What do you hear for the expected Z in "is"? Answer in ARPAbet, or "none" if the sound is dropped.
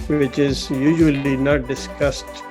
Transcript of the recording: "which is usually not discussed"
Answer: Z